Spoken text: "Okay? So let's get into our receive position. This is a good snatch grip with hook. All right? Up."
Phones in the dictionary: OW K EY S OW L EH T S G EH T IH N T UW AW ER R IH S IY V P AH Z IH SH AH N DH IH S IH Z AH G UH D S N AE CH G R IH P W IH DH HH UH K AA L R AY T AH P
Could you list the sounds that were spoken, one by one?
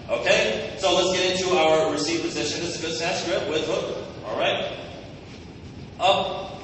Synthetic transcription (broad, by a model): OW K EY S OW L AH T S G EH T IH N T UW AW ER R IH S IY V P AH Z IH SH AH N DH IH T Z AH G UH D S AE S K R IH P W IH DH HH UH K AA L R AY T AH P